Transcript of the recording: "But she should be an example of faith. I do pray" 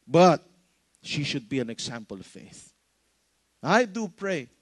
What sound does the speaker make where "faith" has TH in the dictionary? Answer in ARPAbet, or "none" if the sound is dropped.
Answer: TH